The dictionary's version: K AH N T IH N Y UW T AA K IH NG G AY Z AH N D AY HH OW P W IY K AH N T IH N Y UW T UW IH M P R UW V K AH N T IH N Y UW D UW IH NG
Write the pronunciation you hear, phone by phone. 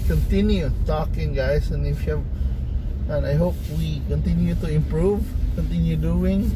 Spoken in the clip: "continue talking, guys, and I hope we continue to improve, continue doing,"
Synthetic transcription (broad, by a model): K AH N T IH N Y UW T AA K IH NG G AY S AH N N AY HH OW P W IY K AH N T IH N Y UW T UW IH M P R UW V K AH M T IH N Y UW D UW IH NG